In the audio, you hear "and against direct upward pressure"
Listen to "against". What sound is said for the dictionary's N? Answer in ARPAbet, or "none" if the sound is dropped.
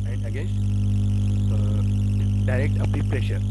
none